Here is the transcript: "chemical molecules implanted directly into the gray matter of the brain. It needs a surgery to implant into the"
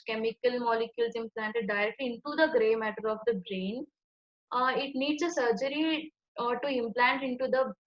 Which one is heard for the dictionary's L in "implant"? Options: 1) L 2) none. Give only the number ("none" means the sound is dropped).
1